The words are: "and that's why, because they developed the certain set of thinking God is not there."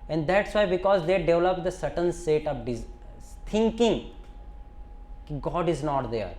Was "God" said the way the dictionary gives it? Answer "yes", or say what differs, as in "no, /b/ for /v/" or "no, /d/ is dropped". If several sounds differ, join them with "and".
yes